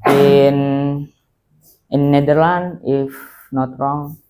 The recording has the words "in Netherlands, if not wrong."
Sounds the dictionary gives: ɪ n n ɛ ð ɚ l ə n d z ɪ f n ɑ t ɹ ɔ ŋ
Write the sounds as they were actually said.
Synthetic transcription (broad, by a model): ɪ n n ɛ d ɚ l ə n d ɪ f n ɑ t ɹ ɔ ŋ